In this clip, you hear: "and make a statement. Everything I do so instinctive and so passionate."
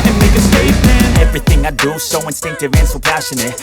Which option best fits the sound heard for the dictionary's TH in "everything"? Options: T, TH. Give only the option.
TH